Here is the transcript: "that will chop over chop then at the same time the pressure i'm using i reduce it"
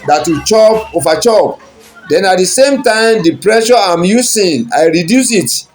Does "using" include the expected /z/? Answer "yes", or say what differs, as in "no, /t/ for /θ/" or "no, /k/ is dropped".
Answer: no, /s/ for /z/